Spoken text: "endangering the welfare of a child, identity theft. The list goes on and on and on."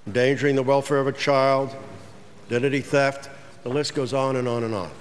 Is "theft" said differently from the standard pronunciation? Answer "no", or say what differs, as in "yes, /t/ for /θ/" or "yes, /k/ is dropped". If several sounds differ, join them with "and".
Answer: no